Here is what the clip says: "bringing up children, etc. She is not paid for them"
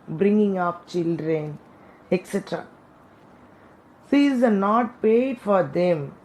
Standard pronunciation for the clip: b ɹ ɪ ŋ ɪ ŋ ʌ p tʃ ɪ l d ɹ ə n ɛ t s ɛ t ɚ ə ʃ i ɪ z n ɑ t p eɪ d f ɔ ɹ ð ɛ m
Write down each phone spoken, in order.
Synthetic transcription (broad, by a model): b ɹ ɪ ŋ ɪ ŋ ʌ p tʃ ɪ l d ɹ ə n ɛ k s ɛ t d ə s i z n ɑ t p eɪ d f ɔ ɹ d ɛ m